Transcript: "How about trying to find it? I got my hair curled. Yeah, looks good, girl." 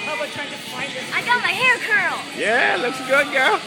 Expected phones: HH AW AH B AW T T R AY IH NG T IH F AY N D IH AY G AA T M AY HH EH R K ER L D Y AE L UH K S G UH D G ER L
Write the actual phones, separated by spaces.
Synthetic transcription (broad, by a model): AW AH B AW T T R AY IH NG T IH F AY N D IH AY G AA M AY HH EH R K ER L Y AE L UH K S G UH D G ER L